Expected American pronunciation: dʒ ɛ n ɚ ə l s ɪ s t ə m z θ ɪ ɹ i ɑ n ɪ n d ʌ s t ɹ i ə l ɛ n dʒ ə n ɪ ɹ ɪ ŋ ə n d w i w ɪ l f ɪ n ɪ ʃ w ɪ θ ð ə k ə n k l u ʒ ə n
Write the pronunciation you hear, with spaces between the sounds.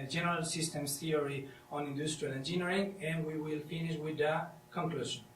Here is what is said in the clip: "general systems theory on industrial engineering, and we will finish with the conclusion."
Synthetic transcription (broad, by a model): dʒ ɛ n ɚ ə l s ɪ s t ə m s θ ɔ ɹ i ɑ n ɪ n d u s t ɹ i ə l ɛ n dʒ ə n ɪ ɹ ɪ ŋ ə n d w i w ɪ l f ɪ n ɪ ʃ w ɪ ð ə k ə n k l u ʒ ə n